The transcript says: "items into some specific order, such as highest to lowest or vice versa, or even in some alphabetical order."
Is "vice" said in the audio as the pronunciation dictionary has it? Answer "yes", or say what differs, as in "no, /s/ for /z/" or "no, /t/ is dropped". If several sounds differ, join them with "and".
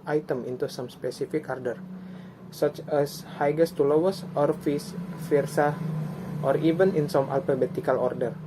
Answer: no, /f/ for /v/